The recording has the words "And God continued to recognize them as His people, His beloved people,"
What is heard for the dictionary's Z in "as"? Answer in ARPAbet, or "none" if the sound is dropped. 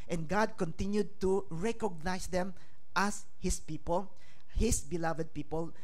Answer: S